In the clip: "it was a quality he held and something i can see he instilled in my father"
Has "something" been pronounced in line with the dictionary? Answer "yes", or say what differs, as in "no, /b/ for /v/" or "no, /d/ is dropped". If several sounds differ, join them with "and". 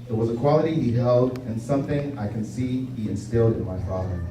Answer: yes